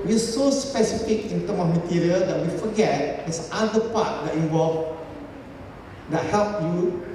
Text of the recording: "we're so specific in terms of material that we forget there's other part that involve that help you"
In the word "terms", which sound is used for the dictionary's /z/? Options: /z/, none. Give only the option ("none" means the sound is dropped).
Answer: none